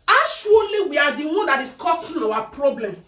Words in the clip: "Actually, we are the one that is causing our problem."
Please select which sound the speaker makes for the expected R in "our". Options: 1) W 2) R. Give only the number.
1